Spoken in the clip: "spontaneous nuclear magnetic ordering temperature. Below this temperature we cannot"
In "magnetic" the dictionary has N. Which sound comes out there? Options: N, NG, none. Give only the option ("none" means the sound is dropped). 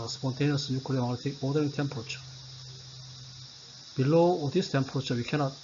none